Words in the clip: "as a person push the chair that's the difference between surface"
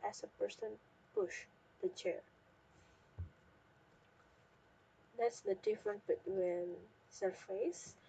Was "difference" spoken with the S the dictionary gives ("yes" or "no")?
no